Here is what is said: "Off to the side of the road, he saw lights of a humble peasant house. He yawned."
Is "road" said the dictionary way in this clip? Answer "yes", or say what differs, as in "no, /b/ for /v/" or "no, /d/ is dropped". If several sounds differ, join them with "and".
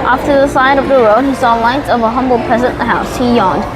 yes